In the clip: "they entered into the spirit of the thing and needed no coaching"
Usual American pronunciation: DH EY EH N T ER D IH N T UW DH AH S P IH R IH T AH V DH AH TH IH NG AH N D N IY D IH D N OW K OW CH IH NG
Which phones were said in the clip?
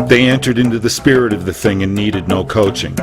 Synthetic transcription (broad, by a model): DH EY EH N T ER D IH N T UW DH AH S P IH R IH T AH V DH AH TH IH NG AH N N IY D IH D N OW K OW CH IH NG